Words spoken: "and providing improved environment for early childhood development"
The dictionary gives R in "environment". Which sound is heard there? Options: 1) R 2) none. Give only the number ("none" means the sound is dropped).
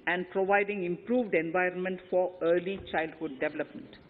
1